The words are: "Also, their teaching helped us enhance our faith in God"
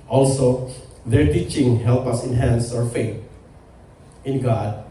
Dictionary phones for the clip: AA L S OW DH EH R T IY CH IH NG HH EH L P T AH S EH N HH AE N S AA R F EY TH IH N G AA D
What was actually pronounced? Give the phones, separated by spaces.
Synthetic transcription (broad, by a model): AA L S OW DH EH R T IY CH IH NG HH EH L P AH S EH N HH AE N S AA R F EY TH IH N G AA D